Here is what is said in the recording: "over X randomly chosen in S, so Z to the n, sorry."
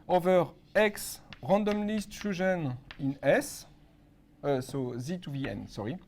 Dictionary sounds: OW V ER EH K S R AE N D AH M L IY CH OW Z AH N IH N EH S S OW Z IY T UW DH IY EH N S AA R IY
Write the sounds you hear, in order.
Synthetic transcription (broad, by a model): OW V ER EH K S R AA N D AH M L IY S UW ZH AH N IH N EH S S OW Z IY T UW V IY EH N S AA R IY